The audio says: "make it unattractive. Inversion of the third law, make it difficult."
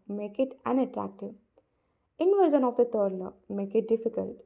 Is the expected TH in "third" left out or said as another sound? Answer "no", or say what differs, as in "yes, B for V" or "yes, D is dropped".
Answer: yes, T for TH